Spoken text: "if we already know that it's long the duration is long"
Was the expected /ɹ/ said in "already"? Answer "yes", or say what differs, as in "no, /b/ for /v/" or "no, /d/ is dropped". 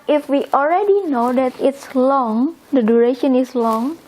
yes